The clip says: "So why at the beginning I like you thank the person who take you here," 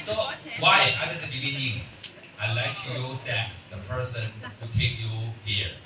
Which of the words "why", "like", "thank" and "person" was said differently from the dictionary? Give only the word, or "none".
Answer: thank